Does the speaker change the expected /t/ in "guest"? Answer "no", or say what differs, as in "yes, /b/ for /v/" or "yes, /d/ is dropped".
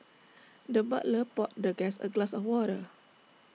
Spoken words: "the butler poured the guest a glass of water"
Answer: yes, /t/ is dropped